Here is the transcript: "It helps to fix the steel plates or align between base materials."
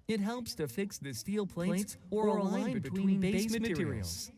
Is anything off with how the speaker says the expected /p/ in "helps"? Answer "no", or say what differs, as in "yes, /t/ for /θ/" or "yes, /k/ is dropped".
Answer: no